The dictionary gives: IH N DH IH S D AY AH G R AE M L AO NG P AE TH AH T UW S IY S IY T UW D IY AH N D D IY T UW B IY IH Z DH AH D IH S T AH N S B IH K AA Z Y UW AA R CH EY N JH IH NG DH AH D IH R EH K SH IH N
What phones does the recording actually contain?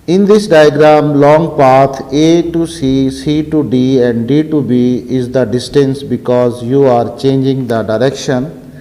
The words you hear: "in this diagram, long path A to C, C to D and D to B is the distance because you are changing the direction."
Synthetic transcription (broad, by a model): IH N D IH S D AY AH G R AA M L AO NG P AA T AH T UW S IY S IY T UW D IY AH N D D IY T UW B IY IH Z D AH D IH S T AH N S B IH K AA Z Y UW AA R CH EY N JH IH NG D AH D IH R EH K SH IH N